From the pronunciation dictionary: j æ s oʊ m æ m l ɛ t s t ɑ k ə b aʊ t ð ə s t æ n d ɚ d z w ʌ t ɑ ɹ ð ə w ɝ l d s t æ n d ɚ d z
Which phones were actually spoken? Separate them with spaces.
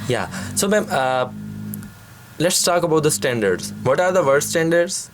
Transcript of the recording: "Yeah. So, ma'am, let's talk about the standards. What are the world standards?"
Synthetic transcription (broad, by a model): j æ s oʊ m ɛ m l ɛ t s t ɑ k ə b aʊ t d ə s t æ n d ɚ d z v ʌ t ɑ ɹ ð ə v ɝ d s t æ n d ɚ d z